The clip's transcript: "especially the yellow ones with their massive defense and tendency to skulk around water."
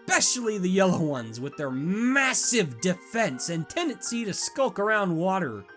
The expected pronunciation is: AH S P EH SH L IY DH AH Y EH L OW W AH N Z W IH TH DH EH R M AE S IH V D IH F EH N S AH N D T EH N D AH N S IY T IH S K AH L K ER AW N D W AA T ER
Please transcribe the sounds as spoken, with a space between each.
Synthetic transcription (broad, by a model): P EH SH L IY DH AH Y EH L OW W AH N Z W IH DH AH R M AE S IH V D IH F EH N S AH N T EH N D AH N S IY T IH S K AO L K ER AW N D W AA T ER